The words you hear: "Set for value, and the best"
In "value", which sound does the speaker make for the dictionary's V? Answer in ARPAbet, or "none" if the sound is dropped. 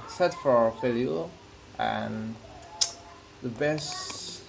F